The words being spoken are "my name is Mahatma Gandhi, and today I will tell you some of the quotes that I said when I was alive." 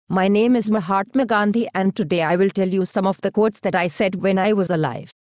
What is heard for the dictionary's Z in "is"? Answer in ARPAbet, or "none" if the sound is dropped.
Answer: Z